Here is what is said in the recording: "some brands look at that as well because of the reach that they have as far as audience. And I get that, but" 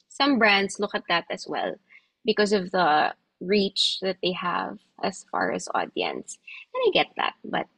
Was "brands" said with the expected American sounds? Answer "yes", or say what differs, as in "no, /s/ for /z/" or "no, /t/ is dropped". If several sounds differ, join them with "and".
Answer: no, /s/ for /z/